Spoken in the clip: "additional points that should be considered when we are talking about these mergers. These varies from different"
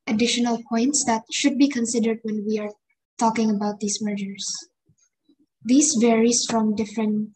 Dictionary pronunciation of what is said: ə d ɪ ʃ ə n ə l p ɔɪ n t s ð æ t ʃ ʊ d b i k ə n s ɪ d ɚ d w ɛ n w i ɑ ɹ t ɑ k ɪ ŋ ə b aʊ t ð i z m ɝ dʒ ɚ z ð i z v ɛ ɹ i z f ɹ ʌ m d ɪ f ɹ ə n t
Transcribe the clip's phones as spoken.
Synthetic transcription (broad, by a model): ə d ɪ ʃ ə n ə l p ɔɪ n t s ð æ t ʃ ʊ d b i k ə n s ɪ d ɚ d w ɛ n w i ɑ ɹ t ɑ k ɪ ŋ ə b aʊ t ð i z m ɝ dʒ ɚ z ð i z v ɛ ɹ i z f ɹ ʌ m d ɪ f ɹ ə n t